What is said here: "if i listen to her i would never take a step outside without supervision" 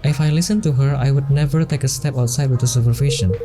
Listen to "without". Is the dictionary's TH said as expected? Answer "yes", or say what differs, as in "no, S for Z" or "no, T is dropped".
no, T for TH